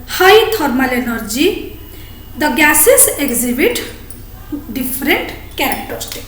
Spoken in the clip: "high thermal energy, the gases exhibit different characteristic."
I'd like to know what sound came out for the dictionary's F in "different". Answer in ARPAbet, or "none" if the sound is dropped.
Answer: P